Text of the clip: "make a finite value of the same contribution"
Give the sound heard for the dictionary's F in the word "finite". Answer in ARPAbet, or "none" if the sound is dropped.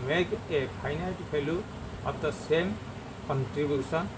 P